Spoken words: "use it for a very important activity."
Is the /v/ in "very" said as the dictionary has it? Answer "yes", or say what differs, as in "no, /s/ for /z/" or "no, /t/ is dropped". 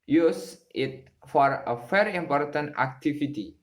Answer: no, /f/ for /v/